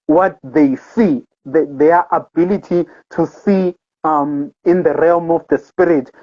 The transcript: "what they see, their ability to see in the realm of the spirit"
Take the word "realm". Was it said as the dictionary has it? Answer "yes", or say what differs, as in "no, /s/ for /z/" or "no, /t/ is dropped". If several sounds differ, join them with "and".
yes